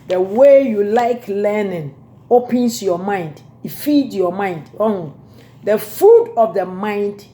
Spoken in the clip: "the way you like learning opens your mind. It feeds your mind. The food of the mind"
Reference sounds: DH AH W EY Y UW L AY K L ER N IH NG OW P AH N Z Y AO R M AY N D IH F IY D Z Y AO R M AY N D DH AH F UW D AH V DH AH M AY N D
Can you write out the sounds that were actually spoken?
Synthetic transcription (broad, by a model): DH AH W EY Y UW L AY K L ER N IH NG OW P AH N S Y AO M AY N D IH F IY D Y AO M AY N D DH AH F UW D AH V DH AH M AY N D